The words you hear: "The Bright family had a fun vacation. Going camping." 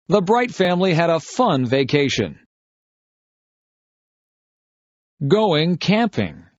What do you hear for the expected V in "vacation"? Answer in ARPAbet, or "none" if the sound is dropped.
V